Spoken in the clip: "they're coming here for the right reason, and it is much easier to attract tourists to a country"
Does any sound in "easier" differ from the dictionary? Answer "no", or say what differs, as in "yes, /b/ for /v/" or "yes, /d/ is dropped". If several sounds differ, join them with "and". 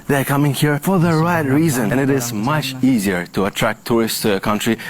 no